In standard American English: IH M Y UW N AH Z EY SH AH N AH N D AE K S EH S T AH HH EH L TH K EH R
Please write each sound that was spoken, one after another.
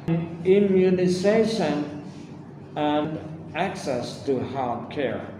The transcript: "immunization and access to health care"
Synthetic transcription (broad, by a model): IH M Y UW N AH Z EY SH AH N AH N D AE K S EH S T AH HH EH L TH K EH R